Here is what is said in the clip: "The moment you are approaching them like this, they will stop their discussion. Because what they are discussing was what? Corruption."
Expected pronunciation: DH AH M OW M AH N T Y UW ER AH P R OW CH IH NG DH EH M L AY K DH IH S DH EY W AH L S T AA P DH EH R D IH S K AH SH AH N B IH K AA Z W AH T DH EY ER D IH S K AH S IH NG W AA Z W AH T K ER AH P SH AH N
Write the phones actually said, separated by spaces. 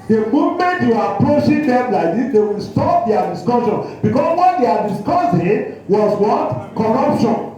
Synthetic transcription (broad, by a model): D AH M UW M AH N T Y UW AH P R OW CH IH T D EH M L AY K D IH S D EY W AH L S T AA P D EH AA D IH S K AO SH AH N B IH K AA S W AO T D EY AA D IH S K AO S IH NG W AA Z W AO T K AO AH P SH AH N